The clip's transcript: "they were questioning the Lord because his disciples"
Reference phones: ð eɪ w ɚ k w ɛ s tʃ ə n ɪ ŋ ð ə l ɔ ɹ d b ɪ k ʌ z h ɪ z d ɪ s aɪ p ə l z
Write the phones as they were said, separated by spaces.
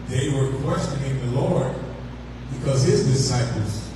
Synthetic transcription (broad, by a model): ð eɪ w ɚ k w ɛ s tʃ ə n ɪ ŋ ð ə l ɔ ɹ d b ɪ k ʌ z h ɪ z d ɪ s aɪ p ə l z